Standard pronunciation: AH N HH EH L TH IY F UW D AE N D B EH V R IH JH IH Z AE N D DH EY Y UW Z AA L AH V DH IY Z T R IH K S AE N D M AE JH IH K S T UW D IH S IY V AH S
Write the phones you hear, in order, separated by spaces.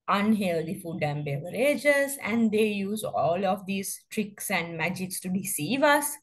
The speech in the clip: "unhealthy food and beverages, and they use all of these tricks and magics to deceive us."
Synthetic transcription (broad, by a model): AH N HH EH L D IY F UW D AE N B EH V R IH JH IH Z AE N D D EY Y UW Z AA L AH V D IY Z T R IH K S AE N D M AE JH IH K S T UW D IH S IY V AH S